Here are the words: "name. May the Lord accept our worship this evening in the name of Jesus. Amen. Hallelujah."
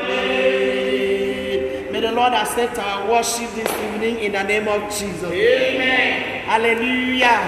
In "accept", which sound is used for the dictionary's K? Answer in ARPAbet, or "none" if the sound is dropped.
none